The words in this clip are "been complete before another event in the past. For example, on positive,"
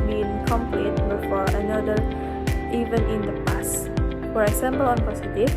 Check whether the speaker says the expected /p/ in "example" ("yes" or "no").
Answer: no